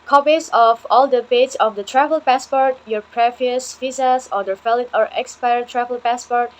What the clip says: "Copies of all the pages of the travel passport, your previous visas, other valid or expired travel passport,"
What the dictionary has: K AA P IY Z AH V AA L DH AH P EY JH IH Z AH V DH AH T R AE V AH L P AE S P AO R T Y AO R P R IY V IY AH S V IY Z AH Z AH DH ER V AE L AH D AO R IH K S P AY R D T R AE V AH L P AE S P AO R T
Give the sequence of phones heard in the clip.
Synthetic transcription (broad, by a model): K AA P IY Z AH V AA L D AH B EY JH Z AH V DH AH T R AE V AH L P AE S P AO R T Y AO R P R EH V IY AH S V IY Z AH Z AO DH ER F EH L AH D AO R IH K S P AY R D T R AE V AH L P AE S P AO R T